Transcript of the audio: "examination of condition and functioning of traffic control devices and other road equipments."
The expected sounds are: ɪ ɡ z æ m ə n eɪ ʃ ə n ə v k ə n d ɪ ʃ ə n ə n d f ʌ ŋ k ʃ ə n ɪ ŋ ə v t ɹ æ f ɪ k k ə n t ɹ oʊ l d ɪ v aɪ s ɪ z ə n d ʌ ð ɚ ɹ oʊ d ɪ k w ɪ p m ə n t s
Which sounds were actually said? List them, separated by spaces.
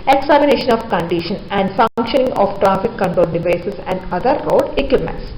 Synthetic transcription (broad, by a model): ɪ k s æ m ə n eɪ ʃ ə n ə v k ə n d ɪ ʃ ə n ə n d f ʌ ŋ k ʃ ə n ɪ ŋ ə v t ɹ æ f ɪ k k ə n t oʊ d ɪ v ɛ s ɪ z ə n d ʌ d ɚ ɹ oʊ d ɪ k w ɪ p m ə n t s